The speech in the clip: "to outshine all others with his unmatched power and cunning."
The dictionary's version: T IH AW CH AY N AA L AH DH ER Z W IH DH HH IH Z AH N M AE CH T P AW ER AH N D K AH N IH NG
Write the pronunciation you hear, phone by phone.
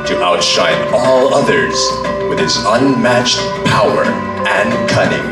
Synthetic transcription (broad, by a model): T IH AW CH AY N AA L AH DH ER Z W IH DH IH S AH N M AE CH T P AW ER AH N K AH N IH NG